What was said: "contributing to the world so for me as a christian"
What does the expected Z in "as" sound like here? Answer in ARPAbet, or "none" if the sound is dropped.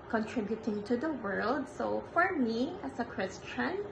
S